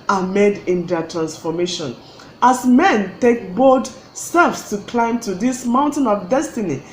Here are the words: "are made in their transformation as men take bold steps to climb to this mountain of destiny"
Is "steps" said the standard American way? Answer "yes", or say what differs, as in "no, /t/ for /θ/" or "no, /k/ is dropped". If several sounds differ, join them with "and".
no, /f/ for /p/